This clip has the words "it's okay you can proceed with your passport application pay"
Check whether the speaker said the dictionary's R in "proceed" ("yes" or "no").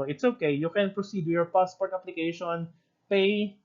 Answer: yes